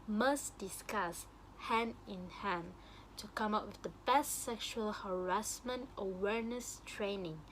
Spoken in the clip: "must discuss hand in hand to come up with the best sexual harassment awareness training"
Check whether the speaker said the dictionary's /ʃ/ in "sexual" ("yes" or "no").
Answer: yes